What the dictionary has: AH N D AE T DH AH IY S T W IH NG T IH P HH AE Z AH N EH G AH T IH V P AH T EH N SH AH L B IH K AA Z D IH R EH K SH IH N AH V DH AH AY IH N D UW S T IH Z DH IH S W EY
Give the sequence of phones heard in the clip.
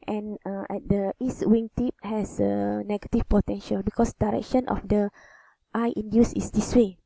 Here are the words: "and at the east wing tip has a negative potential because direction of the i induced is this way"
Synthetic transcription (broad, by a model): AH N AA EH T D AH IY S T W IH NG T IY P HH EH S AH N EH G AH T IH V P AH T EH N SH AH L B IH K AA S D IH R EH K SH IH N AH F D AH AY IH N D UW S IH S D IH S W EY